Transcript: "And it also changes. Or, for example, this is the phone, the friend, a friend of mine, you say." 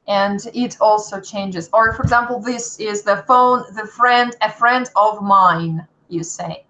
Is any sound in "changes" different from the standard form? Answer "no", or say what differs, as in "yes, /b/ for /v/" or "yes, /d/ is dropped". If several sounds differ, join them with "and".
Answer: no